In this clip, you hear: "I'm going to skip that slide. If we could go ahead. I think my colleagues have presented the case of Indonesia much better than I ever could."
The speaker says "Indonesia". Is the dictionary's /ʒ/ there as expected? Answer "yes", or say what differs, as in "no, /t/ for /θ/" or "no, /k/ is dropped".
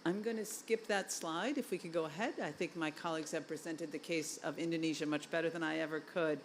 yes